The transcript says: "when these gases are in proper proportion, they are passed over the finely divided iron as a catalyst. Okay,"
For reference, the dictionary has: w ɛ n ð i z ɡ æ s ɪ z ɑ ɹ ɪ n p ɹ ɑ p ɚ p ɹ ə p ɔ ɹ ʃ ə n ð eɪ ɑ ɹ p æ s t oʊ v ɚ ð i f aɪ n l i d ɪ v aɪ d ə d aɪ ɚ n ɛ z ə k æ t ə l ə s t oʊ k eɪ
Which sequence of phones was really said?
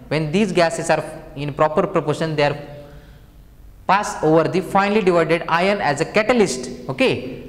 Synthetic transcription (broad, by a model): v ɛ n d i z ɡ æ s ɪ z ɑ ɹ ɪ n p ɹ ɑ p ɚ p ɹ ə p ɔ ɹ ʃ ə n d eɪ ɑ ɹ p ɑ s oʊ v ɚ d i f aɪ n l i d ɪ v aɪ d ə d aɪ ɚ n ɛ z ə k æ t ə l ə s t oʊ k eɪ